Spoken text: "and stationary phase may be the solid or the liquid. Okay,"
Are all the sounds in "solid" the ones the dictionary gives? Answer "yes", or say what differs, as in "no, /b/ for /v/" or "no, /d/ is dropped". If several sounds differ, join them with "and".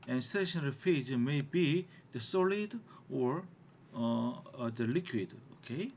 yes